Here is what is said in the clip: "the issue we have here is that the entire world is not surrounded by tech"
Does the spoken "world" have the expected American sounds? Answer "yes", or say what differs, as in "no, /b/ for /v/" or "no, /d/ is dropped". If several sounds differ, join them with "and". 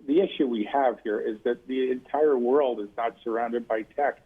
yes